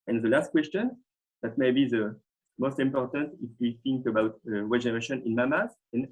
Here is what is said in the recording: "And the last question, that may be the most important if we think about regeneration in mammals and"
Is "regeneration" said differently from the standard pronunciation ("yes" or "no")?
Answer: yes